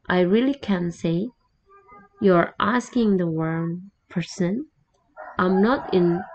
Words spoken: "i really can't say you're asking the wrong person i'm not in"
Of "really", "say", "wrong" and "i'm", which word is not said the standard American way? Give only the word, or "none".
wrong